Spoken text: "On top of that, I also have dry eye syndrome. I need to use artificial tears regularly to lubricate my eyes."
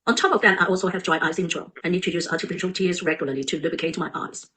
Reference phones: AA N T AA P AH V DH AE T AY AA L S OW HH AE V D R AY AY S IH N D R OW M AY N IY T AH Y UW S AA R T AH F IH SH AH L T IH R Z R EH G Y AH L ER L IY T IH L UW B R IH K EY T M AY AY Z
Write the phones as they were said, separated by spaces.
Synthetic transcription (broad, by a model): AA N T AA P AH V DH AE T AY AA L S OW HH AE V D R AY AY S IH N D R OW AY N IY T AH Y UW S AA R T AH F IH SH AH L T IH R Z R EH G Y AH L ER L IY T IH L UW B IH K EY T M AY AY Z